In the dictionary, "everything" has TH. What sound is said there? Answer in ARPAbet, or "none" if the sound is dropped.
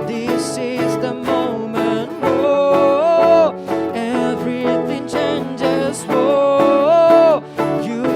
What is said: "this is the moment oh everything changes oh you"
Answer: TH